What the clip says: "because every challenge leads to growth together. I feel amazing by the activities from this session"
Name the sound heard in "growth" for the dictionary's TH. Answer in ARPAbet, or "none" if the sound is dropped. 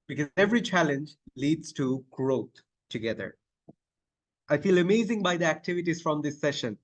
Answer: T